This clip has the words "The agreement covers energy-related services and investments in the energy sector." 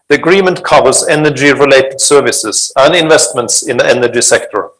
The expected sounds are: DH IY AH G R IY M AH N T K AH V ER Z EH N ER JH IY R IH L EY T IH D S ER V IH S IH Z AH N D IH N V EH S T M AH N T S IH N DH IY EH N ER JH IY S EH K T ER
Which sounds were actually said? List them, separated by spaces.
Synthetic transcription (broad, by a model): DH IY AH G R IY M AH N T K AH V ER Z EH N ER JH IY R IH L EY T IH D S ER V IH S IH Z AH N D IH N V EH S T M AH N T S IH N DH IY EH N ER JH IY S EH K T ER